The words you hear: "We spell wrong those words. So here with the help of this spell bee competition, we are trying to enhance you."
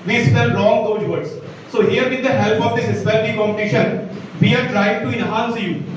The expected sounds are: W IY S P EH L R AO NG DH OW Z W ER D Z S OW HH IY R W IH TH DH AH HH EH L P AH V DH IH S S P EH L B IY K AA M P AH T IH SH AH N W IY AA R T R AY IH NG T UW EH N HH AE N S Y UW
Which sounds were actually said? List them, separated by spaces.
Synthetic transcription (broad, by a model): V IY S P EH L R AO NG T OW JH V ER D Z S OW HH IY R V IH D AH HH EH L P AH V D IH S S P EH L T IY K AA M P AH T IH SH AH N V IY AA R T R AY IH NG T UW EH N HH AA N S Y UW